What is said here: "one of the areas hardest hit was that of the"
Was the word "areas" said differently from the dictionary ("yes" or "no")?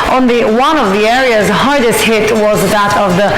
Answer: no